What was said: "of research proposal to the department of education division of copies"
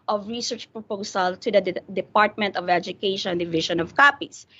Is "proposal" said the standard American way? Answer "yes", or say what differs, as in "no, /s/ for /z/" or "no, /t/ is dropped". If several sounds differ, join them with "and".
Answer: no, /s/ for /z/